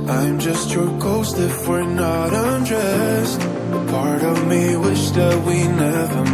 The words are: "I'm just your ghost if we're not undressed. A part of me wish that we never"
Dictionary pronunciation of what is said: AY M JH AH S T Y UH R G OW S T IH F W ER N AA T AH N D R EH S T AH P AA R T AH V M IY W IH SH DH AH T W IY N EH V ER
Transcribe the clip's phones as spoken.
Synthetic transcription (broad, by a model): AY M JH AH S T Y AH R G OW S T IH F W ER N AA T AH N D R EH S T P AA R T AH V M IY W IH SH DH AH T W IY N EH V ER